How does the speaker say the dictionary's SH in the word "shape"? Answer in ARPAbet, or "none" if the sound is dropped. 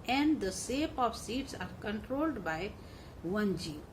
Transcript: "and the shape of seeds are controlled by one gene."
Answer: S